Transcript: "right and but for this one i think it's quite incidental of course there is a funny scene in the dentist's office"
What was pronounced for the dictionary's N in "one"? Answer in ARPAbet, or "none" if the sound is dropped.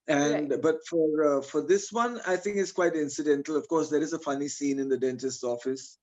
N